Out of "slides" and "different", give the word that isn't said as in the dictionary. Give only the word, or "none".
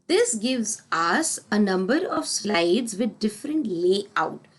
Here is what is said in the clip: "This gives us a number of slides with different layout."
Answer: none